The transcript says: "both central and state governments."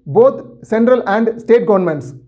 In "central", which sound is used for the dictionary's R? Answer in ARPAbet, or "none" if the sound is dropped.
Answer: R